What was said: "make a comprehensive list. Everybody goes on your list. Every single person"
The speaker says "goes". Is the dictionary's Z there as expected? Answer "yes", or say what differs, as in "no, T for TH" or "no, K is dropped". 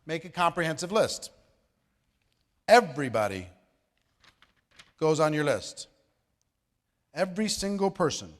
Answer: yes